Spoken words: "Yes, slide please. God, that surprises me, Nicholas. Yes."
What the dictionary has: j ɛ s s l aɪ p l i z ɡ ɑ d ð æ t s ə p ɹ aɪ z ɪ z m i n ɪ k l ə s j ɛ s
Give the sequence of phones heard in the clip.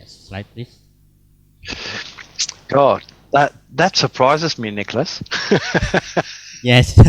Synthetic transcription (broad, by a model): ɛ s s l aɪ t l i ɡ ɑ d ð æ t s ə p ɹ aɪ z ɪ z m i n ɪ k l ə s j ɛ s